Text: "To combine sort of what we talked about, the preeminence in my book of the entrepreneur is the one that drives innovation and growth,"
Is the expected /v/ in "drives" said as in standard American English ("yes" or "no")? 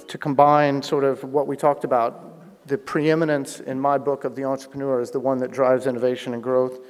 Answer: yes